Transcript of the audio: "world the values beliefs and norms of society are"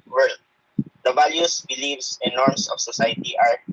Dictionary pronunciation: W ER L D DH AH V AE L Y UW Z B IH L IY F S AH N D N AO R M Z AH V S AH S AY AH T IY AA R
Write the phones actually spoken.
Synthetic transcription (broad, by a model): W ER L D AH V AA L Y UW S B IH L IY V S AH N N AO R M S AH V S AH S AY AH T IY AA R